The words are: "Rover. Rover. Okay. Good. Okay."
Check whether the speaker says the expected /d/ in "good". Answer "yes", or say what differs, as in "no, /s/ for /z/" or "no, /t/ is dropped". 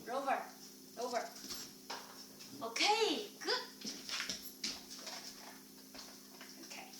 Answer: no, /d/ is dropped